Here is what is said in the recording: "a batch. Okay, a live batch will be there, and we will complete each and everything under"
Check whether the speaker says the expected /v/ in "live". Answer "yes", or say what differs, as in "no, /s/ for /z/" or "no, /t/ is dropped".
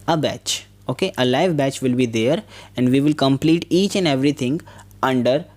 yes